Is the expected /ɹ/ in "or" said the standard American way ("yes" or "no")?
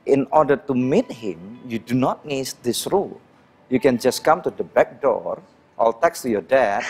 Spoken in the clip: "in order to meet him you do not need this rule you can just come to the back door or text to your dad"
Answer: no